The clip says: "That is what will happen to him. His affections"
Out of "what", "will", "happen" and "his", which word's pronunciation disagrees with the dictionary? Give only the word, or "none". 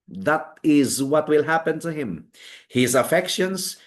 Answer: none